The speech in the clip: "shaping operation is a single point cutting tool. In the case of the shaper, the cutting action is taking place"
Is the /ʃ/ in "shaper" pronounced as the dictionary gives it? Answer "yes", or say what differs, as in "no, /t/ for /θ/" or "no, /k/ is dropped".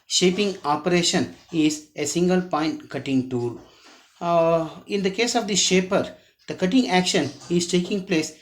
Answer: yes